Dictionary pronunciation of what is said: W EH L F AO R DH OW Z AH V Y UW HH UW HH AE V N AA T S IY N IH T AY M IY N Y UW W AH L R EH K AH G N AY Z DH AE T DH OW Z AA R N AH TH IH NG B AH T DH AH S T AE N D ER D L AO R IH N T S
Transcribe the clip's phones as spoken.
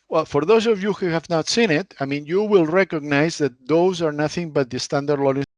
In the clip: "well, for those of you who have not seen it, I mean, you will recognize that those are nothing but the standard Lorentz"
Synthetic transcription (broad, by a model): W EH L F AO R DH OW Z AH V Y UW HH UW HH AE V N AA T S IY N IH T AY M IY N Y UW W AH L R EH K AH G N AY Z DH AE T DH OW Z AA R N AH TH IH NG B AH T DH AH S T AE N D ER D L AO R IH